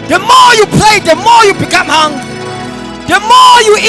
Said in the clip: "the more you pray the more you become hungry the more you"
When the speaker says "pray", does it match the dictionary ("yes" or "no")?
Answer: no